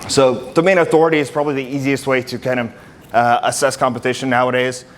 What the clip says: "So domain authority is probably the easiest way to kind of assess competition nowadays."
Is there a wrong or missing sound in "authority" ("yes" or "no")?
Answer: no